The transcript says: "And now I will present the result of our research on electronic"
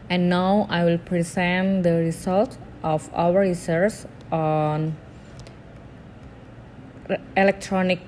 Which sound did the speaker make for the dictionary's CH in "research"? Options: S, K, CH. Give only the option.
S